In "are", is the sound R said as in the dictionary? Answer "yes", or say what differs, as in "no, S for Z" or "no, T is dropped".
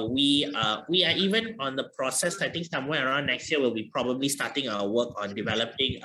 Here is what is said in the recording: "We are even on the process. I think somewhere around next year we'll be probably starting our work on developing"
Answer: no, W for R